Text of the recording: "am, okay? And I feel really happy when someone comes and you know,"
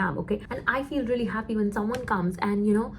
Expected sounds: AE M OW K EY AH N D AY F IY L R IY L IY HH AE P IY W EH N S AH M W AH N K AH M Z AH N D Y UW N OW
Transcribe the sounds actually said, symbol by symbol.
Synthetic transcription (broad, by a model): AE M OW K EY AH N AY F IY L R IY L IY HH AE P IY W EH N S AH M W AH N K AH M Z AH N Y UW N OW